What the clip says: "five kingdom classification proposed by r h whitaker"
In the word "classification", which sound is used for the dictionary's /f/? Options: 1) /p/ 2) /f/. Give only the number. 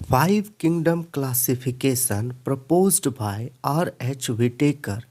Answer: 1